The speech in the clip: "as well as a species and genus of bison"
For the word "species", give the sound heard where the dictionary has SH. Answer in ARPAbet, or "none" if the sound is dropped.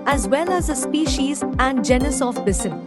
SH